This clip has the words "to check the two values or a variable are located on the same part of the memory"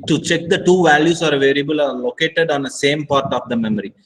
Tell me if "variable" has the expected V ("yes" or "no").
yes